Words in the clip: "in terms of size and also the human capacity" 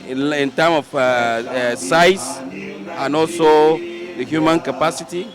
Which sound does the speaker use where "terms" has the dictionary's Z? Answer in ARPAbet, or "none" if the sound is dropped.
none